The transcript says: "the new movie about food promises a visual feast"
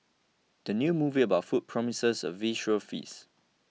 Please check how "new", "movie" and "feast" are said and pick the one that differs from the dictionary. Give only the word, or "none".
feast